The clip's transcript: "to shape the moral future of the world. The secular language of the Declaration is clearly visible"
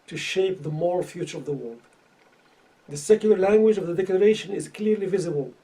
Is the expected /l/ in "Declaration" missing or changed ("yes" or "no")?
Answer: no